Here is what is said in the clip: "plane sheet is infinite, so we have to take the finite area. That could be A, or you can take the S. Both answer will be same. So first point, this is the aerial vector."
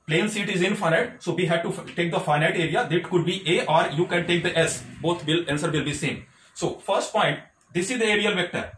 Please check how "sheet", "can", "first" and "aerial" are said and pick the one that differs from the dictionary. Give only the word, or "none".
sheet